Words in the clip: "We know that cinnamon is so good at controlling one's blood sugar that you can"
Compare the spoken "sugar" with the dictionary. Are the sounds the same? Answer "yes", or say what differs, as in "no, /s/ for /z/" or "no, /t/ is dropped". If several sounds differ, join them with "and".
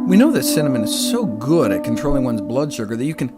no, /s/ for /ʃ/